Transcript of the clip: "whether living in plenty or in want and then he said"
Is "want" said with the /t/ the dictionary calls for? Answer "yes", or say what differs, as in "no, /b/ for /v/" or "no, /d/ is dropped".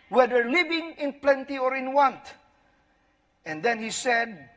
yes